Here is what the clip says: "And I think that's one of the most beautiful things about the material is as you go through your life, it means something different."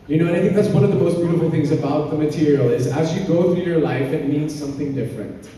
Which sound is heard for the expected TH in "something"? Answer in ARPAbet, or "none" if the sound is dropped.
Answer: TH